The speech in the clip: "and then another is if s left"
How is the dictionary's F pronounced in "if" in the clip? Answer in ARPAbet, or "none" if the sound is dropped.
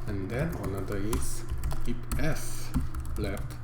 P